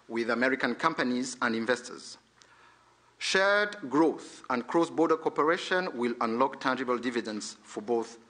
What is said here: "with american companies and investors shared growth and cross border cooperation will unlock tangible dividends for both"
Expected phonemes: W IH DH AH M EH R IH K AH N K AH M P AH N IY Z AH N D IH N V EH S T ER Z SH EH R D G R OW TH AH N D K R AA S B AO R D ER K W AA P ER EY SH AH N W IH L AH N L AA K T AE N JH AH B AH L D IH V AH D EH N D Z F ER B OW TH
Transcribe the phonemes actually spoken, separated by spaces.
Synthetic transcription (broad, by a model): W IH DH AH M EH R IH K AH N K AH M P AH N IY Z AH N D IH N V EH S T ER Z SH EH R D G R OW TH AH N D K R AA S B AO R D ER K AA P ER EY SH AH N W IH L AH N L AA K T AE N JH AH B AH L D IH V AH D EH N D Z F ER B OW TH